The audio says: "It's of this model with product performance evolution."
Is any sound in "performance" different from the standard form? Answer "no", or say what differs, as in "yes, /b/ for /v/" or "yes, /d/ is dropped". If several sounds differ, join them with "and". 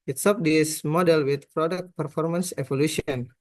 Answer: no